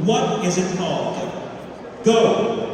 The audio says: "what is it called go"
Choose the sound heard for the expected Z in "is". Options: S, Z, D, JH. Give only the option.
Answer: Z